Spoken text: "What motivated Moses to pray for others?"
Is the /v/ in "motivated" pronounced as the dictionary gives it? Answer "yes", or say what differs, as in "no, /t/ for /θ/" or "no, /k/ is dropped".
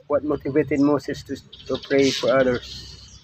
yes